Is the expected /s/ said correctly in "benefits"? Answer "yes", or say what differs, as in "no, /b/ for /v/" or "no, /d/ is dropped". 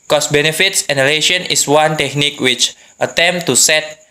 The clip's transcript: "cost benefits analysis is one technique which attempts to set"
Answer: yes